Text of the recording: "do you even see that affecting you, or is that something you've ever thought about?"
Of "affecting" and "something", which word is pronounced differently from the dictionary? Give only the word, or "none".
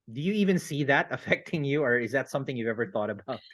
none